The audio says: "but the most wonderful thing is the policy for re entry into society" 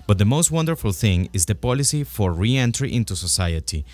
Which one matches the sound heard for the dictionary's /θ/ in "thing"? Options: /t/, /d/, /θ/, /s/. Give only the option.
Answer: /θ/